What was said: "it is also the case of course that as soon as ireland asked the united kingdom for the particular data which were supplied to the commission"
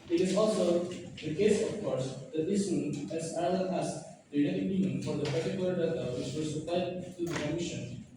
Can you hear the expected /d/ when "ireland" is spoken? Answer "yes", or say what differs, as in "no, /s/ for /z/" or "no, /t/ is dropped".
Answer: no, /d/ is dropped